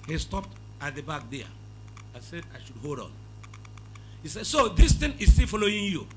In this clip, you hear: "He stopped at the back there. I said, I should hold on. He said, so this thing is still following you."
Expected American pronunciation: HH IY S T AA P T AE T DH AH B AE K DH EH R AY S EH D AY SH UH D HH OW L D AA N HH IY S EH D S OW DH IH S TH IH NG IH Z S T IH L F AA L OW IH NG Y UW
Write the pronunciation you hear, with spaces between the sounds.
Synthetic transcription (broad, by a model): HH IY S T AA P T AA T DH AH B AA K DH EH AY S EH D AY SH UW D HH OW L D AA N HH IY S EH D S OW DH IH S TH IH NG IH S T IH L F AA L OW IH NG Y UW